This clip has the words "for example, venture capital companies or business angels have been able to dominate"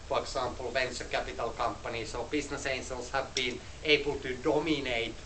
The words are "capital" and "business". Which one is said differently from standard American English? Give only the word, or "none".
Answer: business